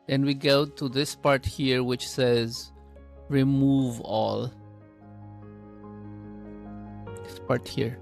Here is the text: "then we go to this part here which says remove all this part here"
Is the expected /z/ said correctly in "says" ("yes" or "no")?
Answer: yes